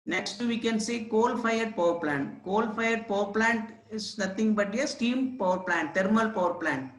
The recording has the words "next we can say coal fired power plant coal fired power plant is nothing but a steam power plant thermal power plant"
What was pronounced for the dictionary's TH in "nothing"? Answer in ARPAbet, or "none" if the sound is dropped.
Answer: T